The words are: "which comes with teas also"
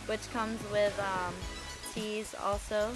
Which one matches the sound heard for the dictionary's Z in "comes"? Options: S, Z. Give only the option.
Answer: Z